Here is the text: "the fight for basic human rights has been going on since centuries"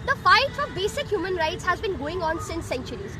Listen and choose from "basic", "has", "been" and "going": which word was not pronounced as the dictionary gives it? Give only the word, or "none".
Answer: none